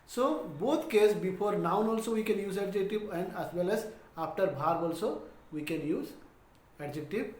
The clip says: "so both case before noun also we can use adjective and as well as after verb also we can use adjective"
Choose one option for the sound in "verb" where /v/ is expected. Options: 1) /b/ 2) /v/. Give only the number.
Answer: 1